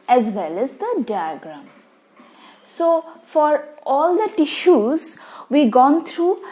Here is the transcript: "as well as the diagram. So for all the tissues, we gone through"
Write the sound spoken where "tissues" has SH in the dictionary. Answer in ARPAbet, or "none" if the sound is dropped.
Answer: SH